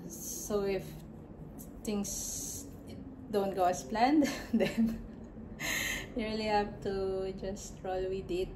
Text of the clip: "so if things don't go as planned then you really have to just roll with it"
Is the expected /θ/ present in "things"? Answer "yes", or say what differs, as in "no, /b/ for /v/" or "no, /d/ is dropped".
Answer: no, /t/ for /θ/